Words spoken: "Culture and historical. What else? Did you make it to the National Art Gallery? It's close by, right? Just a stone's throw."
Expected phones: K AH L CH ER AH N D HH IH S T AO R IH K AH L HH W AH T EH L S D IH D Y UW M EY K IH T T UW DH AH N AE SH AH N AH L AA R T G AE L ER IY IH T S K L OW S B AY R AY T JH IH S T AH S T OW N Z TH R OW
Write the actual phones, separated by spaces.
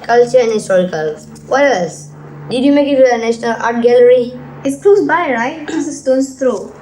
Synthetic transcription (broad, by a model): K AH L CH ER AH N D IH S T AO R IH K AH L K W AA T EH S D IH D Y UW M EY K IH T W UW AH N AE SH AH N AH L AA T G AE L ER IY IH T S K L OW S B AY R AY T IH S AH S T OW N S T R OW